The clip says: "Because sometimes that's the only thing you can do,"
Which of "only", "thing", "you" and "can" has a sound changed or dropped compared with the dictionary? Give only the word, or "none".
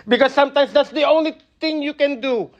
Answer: thing